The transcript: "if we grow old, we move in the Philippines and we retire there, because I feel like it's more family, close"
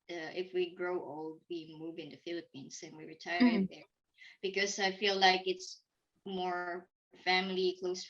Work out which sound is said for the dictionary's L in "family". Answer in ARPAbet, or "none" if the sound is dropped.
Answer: L